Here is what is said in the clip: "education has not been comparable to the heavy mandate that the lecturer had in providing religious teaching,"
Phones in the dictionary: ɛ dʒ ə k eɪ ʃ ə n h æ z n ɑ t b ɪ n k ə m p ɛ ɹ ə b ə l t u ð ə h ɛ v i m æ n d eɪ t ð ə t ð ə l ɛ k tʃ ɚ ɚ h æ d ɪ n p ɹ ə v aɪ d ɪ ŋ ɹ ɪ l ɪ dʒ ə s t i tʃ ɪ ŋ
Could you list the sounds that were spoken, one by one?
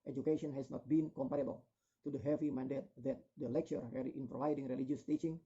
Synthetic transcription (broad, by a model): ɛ dʒ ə k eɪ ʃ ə n h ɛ s n ɑ t b ɪ n k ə m p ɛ ɹ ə b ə l t u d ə h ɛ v i m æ n d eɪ t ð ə t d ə l ɛ k tʃ ɚ ɚ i ɪ n p ɹ ə v aɪ d ɪ ŋ ɹ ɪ l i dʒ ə s t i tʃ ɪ ŋ